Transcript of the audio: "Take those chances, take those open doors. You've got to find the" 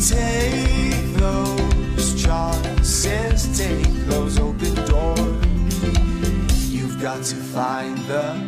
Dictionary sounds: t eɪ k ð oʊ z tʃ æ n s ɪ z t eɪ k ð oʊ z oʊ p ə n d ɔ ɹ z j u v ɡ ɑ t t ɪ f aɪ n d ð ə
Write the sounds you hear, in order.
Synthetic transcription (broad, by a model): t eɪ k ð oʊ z tʃ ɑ s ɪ s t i k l oʊ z oʊ p ə n d ɔ ɹ j u v ɡ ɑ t t ɪ f aɪ n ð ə